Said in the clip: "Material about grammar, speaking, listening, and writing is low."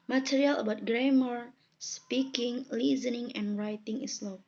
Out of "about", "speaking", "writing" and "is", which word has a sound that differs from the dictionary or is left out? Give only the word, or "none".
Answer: is